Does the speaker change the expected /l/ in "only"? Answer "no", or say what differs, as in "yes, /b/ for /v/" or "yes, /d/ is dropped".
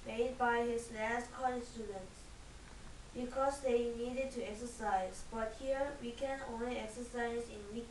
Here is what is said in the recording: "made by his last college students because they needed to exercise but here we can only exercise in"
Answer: no